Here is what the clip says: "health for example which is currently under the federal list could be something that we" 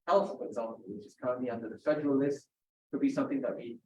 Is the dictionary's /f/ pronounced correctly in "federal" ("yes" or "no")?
no